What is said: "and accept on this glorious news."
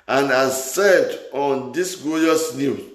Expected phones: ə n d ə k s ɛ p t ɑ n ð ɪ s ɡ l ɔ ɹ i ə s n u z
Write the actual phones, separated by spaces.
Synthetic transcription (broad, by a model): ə n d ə s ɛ t ɑ n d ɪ s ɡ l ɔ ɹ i s n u